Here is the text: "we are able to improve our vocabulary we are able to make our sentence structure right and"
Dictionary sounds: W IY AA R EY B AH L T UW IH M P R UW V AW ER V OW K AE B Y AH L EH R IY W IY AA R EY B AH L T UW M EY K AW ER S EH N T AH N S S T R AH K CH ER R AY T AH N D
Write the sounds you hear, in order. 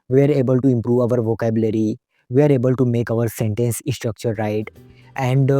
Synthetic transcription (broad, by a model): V IY AA R EY B AH L T UW IH M P R UW V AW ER V OW K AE B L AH R IY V IY AA R EY B AH L T UW M EY K AW ER S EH N T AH N S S T R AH K CH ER R AY T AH N D